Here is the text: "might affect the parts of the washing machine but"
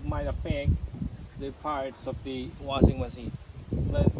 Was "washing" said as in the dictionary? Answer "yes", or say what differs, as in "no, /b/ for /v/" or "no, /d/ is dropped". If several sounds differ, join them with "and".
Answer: no, /s/ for /ʃ/